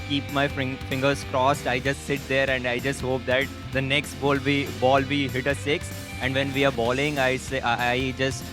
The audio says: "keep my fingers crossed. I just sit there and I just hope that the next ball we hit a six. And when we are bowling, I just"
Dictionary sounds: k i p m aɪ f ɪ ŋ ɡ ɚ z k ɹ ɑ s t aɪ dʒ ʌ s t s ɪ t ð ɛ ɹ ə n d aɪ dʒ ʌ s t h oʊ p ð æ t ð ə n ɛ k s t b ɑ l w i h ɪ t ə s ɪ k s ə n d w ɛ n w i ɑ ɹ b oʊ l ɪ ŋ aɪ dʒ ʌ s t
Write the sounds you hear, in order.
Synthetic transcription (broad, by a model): k i p m aɪ f ɪ ŋ ɡ ɚ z k ɹ ɑ s t aɪ dʒ ʌ s t s ɪ t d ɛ ɹ ə n d aɪ dʒ ʌ s t h oʊ p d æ t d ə n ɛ k s t b ɑ l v i h ɪ t ə s ɪ k s ə n d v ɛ n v i ɑ ɹ b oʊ l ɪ ŋ aɪ dʒ ʌ s t